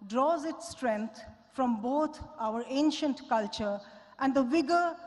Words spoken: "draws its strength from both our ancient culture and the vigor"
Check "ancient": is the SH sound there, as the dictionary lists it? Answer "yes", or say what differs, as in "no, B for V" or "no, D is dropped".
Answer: yes